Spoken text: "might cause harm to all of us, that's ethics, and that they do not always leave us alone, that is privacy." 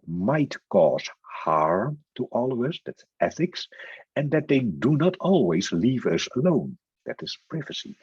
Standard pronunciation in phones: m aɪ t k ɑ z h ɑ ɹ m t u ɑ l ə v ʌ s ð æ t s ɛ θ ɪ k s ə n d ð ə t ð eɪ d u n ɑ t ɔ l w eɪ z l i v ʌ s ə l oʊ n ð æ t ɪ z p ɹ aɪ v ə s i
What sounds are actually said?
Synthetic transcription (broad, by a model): m aɪ t k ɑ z h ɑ ɹ t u ɑ l ə v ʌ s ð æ t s ɛ θ ɪ k s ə n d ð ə t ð eɪ d u n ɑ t ɔ l w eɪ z l i v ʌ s ə l oʊ n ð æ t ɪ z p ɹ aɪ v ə s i